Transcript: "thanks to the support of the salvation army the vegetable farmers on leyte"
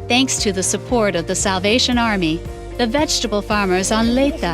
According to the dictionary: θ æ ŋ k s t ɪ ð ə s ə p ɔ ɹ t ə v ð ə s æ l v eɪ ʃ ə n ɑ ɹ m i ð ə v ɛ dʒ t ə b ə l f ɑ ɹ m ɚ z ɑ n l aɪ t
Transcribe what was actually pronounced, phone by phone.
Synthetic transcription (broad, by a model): θ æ ŋ k s t ɪ ð ə s ə p ɔ ɹ t ə v ð ə s æ l v eɪ ʃ ə n ɑ ɹ m i ð ə v ɛ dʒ t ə b l f ɑ ɹ m ɚ z n l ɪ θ